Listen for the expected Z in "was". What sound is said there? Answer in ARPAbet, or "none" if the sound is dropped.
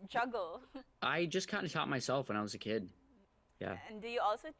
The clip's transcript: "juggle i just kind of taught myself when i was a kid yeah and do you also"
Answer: Z